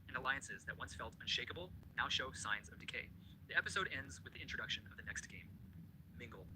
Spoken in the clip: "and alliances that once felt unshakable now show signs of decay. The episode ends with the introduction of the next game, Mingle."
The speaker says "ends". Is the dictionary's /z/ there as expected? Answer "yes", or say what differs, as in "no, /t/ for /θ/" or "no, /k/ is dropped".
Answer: yes